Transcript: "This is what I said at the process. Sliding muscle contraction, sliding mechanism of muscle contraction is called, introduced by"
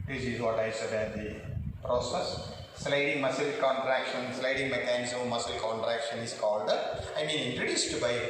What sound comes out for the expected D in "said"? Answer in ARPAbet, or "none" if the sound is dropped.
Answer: D